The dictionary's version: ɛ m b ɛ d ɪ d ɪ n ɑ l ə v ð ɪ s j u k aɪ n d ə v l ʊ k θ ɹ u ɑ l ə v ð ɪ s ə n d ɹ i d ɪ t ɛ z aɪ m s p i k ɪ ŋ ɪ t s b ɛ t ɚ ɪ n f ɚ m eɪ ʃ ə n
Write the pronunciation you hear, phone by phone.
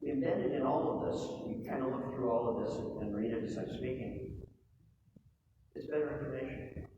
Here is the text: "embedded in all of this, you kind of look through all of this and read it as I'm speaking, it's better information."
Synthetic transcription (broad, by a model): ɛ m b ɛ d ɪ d ɪ n ɑ l ə v ð ɪ s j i k aɪ n d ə l ʊ k θ ɹ u ɑ l ə v ð ɪ s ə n ɹ i d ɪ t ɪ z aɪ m s p i k ɪ ŋ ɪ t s b ɛ t ɚ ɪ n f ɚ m eɪ ʃ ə n